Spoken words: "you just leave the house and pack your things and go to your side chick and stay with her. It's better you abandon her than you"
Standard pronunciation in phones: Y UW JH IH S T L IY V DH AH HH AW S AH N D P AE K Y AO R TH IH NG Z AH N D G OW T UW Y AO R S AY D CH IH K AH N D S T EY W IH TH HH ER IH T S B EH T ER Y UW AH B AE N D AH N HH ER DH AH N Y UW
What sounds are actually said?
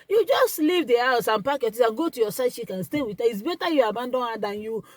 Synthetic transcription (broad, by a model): Y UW JH IH S T L IY V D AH HH AW S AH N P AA K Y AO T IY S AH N G OW T UW Y AO S AY D SH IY K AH N S T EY W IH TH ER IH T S B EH T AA Y UW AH B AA N D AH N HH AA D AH N Y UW